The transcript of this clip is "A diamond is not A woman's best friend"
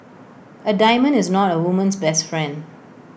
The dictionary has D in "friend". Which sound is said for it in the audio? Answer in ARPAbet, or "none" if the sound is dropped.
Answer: D